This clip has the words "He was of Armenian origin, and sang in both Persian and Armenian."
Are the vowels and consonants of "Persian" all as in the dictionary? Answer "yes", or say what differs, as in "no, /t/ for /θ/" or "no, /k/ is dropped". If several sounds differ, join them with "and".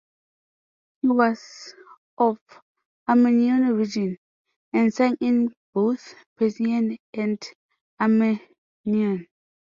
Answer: no, /s/ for /ʒ/